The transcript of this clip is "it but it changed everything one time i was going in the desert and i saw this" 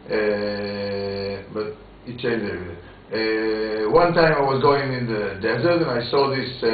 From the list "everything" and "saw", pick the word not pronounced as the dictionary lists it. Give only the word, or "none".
everything